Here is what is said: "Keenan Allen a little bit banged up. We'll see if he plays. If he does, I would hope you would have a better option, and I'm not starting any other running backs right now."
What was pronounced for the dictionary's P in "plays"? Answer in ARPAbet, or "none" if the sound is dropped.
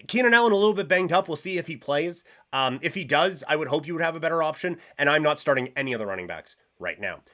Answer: P